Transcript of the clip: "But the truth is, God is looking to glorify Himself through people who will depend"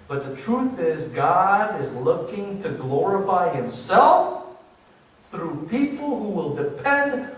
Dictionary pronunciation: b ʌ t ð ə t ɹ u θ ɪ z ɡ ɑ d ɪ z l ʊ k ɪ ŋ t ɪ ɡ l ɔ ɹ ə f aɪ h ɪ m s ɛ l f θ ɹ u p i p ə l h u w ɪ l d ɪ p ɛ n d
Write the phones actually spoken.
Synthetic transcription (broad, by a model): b ʌ t ð ə t ɹ u θ ɪ z ɡ ɑ d ɪ z l ʊ k ɪ ŋ t ɪ ɡ l ɔ ɹ ə f aɪ h ɪ m s ɛ l f θ ɹ u p i p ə l h u w ɪ l d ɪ p ɛ n d